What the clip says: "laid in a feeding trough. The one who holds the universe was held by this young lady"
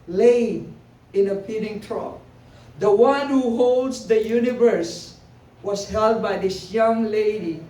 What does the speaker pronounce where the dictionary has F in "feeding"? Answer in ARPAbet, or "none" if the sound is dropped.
P